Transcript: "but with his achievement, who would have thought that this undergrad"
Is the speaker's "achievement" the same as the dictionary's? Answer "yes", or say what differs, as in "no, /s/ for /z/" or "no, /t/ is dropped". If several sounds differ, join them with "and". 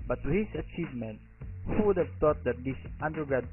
yes